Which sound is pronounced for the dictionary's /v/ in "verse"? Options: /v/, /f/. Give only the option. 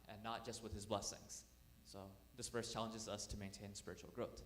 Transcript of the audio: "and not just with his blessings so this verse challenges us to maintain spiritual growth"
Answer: /f/